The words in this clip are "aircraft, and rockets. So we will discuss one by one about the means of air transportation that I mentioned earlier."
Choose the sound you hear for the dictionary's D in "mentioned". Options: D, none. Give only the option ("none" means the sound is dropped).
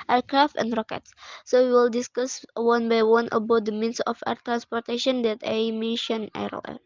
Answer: none